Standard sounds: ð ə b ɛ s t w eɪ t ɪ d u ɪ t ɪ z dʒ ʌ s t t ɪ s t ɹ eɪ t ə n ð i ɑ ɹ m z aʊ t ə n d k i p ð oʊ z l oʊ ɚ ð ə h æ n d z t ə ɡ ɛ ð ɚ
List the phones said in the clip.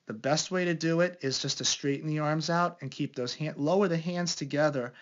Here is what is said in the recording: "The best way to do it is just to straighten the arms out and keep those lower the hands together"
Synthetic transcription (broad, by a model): ð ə b ɛ s t w eɪ t ɪ d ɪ ɪ t ɪ z dʒ ʌ s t t ɪ s t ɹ eɪ t n ð i ɑ ɹ m z aʊ t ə n k i p ð oʊ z l oʊ ɚ ð ə h æ n d z t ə ɡ ɛ ð ɚ